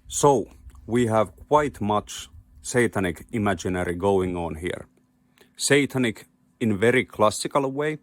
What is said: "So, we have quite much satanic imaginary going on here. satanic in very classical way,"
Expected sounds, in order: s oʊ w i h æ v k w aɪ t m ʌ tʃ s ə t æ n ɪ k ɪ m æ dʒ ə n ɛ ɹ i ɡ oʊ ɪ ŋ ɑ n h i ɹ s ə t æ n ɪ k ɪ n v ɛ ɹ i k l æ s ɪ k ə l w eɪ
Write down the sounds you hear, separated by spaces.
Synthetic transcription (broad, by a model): s oʊ w i h æ v k w aɪ t m ʌ tʃ s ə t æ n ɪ k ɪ m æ dʒ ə n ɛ ɹ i ɡ oʊ ɪ ŋ ɑ n h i ɹ s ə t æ n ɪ k ɪ n v ɛ ɹ i k l æ s ɪ k ə l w eɪ